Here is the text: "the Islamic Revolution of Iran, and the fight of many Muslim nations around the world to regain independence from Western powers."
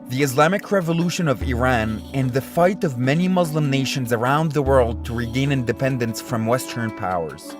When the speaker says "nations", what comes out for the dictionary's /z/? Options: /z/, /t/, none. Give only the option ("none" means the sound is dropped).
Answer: /z/